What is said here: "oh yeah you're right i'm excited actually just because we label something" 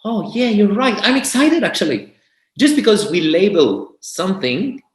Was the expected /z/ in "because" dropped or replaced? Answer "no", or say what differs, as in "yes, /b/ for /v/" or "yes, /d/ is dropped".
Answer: no